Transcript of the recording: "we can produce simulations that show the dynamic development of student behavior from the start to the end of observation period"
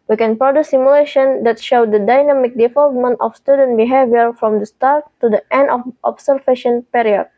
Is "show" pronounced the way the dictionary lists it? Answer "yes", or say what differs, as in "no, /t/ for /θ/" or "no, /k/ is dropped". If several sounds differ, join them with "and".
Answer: yes